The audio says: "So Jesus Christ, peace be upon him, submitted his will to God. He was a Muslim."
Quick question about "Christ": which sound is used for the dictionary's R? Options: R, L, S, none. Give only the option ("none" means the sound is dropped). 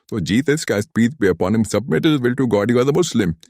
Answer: none